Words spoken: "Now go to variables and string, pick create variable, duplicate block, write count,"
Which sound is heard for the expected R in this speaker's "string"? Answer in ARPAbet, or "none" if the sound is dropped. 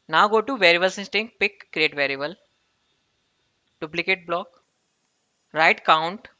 none